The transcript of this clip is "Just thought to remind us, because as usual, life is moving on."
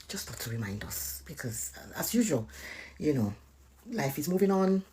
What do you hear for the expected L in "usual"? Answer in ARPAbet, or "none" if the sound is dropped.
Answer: N